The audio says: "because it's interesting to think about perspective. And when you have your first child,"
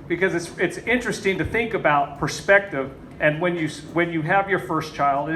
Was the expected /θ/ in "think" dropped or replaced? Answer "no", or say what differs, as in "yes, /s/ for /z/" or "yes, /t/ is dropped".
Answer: no